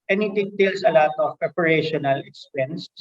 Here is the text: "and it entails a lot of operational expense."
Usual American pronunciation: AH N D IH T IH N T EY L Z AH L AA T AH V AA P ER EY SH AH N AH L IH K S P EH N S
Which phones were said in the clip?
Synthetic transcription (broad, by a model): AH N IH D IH T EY L S AH L AA T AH P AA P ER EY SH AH N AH L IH K S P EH N S